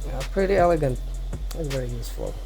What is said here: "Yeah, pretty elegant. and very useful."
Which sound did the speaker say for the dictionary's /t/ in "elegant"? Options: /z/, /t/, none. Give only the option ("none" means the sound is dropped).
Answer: /t/